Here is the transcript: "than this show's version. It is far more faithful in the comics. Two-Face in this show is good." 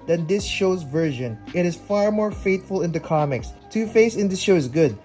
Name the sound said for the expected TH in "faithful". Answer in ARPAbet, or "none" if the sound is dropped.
T